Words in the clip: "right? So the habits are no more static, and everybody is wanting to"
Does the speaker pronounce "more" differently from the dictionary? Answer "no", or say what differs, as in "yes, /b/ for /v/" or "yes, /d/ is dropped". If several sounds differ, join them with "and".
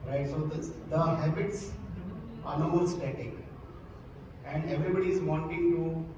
yes, /l/ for /ɹ/